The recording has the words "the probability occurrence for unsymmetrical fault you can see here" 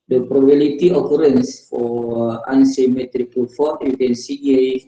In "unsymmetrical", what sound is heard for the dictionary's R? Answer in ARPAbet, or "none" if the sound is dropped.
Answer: R